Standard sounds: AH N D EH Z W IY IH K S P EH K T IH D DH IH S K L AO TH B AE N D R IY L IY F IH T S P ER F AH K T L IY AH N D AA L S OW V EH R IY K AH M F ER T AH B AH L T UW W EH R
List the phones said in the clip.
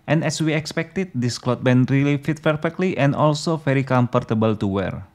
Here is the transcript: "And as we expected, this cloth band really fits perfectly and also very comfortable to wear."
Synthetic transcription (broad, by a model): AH N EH S W IY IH K S P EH K T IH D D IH S K L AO T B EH N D R IY L IY F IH T P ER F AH K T L IY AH N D AA L S OW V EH R IY K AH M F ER T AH B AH L T UW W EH R